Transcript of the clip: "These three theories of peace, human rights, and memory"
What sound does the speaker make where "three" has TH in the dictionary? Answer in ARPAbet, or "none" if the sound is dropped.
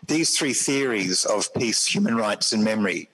TH